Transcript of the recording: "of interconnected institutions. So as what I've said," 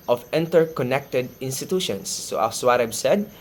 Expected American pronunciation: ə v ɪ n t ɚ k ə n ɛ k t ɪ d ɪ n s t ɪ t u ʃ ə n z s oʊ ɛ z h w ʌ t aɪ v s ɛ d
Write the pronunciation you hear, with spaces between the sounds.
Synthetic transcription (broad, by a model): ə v ɪ n t ɚ k ə n ɛ k t ɪ d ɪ n s t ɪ t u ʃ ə n s oʊ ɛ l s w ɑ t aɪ b s ɛ d